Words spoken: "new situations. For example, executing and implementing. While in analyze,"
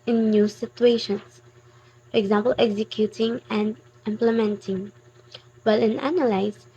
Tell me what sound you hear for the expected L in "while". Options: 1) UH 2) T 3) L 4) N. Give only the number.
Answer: 3